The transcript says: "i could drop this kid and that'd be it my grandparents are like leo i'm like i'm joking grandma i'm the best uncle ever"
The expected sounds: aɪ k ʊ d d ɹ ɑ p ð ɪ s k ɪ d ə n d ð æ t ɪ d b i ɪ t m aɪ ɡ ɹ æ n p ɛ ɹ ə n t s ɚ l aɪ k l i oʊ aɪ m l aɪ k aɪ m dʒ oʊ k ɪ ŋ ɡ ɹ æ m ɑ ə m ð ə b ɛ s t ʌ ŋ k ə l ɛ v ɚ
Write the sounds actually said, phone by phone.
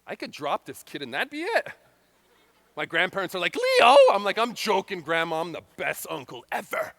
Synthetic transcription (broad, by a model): aɪ k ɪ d d ɹ ɑ p ð ɪ s k ɪ d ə n ð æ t b i ɪ t m aɪ ɡ ɹ æ n p ɛ ɹ ə n t s ɚ l aɪ k l i oʊ aɪ m l aɪ k aɪ m dʒ oʊ k ɪ ŋ ɡ ɹ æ m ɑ ə m ð ə b ɛ s t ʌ ŋ k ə l ɛ v ɚ